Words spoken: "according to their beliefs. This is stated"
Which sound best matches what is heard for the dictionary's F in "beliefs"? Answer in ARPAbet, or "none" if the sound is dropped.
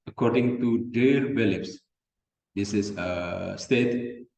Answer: P